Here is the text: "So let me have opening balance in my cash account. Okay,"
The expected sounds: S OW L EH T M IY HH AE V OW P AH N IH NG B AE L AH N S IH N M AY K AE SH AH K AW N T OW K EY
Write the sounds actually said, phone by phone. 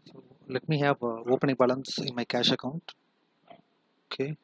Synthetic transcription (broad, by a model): S OW L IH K M IY HH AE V OW P AH N IH NG B AE L AH N S IH N M AY K AE SH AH K AW N T OW K EY